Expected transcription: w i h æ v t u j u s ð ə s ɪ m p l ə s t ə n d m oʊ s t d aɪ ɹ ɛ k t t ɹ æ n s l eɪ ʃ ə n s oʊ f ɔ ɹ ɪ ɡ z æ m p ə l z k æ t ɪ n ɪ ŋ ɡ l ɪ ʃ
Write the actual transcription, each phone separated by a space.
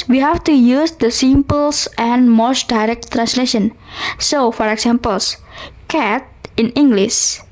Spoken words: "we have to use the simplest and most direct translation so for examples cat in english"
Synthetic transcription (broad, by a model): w i h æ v t u j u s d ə s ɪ m p ə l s ə n d m oʊ s t d aɪ ɹ ɛ k t t ɹ æ n s l eɪ ʃ ə n s oʊ f ɔ ɹ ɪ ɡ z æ m p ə l s k æ t ɪ n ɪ ŋ ɡ l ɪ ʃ